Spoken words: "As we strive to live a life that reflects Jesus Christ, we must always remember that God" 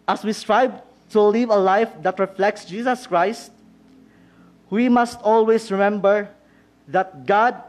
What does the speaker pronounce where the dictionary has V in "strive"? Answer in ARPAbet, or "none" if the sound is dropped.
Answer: B